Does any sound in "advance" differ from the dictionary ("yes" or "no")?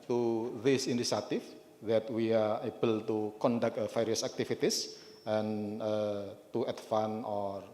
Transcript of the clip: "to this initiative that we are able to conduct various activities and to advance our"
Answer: yes